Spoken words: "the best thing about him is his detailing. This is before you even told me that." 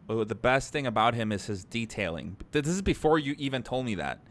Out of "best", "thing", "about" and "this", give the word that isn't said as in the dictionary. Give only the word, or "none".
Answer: none